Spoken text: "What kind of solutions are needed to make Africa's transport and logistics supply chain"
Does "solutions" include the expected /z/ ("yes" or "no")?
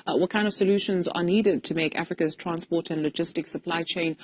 yes